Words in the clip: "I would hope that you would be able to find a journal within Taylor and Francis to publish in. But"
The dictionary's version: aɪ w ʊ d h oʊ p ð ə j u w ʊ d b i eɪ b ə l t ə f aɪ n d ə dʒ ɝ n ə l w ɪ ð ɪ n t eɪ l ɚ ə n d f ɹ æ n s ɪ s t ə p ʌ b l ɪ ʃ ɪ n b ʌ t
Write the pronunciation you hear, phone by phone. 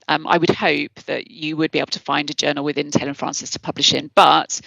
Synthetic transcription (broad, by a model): aɪ w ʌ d h oʊ p ð ə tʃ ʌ w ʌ d b i eɪ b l t ə f aɪ n d ə dʒ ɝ n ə l w ɪ ð ɪ n t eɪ l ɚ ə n f ɹ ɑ n s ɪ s t ə p ʌ b l ɪ ʃ ɪ n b ʌ t